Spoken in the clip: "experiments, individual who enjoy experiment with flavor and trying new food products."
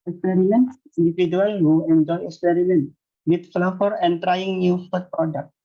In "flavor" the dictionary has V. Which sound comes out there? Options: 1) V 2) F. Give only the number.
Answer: 2